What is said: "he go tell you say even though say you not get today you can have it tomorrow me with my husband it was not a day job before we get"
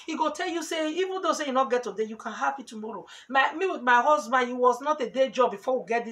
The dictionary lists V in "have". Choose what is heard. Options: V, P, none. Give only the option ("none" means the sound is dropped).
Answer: P